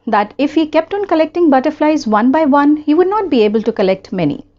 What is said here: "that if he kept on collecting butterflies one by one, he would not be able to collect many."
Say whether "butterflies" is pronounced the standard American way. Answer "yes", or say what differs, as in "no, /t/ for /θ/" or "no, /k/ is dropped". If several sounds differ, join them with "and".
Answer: yes